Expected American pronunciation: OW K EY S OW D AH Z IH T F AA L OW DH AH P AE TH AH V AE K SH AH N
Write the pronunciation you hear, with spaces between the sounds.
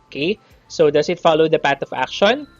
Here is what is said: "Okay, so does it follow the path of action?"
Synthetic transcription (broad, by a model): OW K EY S OW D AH S IH T F AA L OW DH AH P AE T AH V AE K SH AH N